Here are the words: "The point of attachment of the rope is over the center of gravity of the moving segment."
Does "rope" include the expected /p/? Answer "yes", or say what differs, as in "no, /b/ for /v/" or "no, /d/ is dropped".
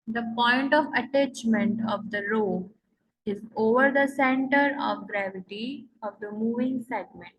no, /p/ is dropped